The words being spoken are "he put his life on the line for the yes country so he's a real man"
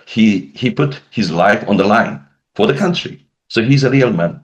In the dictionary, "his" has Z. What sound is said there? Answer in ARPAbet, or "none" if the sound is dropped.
Z